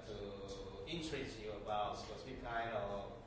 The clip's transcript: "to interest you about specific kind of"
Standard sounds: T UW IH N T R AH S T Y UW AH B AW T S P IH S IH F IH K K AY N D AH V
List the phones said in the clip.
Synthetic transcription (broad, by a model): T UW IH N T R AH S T Y UW AH B AW T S IH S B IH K K AY N D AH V